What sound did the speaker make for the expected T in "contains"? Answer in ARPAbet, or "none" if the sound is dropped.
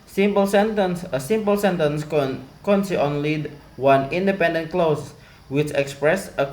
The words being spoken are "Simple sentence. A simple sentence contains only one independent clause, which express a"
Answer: S